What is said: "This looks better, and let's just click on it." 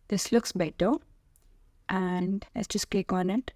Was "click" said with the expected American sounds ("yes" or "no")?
no